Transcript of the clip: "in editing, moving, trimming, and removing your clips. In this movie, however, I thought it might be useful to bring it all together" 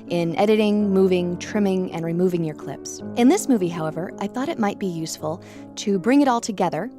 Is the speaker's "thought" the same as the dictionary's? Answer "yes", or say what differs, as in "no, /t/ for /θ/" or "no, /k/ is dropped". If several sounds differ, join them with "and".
yes